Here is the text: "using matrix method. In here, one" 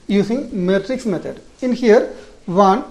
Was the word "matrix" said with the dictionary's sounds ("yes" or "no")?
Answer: yes